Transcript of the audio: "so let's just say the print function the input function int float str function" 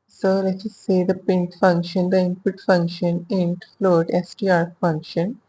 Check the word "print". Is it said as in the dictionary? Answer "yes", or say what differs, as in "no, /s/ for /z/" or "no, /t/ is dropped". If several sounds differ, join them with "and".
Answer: no, /ɹ/ is dropped